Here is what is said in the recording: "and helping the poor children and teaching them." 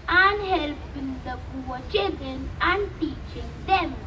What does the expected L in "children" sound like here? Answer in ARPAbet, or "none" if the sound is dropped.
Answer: none